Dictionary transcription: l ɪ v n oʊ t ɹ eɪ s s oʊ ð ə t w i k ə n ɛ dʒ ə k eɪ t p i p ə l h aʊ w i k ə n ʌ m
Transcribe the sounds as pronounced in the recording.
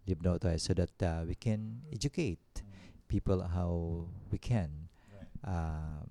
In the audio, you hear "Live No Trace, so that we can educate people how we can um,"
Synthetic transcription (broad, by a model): l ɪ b n oʊ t ɔ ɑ s oʊ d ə t w i k ə n ɛ dʒ ə k eɪ t p i p ə l h aʊ w i k ə n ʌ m